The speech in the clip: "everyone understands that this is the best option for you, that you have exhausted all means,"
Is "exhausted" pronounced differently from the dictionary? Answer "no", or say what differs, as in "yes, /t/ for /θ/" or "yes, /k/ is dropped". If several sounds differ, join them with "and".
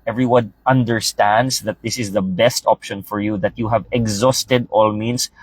no